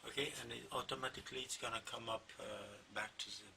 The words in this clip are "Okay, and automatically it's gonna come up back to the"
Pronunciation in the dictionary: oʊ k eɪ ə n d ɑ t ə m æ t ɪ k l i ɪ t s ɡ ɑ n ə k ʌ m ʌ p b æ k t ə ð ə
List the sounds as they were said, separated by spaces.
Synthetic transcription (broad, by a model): oʊ k eɪ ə n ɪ ɑ t ə m æ t ɪ k l i ɪ t s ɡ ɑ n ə k ʌ m ʌ p b æ k t ə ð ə